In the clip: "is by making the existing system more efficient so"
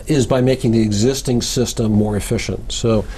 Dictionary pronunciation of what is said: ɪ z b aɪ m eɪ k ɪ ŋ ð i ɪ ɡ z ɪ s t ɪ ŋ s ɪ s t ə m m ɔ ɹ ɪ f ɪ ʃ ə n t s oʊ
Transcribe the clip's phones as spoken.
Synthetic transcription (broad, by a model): ɪ z b aɪ m eɪ k ɪ ŋ ð i ɪ ɡ z ɪ s t ɪ ŋ s ɪ s t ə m m ɔ ɹ ɪ f ɪ ʃ ə n t s oʊ